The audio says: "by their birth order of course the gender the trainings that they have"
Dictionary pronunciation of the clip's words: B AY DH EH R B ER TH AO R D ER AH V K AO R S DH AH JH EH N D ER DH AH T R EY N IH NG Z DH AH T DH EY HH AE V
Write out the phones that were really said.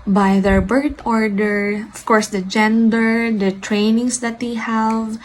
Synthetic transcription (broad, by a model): B AY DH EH R B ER T AO R D ER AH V K AO R S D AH JH EH N D ER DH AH T R EY N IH NG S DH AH T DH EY HH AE V